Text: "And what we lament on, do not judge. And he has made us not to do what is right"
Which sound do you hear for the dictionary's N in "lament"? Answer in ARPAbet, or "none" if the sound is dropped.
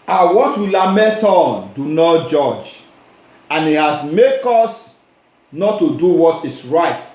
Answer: none